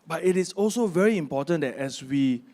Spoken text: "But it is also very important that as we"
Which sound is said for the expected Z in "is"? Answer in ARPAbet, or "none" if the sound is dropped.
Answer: S